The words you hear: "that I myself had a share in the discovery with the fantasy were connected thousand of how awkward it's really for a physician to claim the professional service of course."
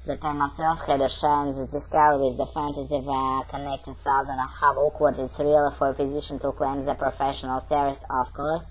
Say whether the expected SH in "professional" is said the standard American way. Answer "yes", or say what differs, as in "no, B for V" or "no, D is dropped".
yes